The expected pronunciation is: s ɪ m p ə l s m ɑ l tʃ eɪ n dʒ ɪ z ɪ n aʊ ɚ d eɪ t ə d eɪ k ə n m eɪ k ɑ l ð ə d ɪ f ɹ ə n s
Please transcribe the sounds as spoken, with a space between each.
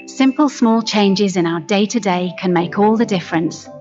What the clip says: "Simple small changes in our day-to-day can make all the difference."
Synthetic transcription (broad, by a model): s ɪ m p ə l s m ɑ l tʃ eɪ n dʒ ɪ z ɪ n aʊ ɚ d eɪ t ə d eɪ k ə n m eɪ k ɑ l ð ə d ɪ f ɹ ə n s